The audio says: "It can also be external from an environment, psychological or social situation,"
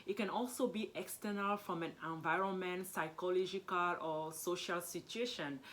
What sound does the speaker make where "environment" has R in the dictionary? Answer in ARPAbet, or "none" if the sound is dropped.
R